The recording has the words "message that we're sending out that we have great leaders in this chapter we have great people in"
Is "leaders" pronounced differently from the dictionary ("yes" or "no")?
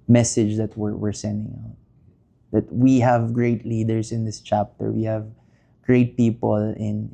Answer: yes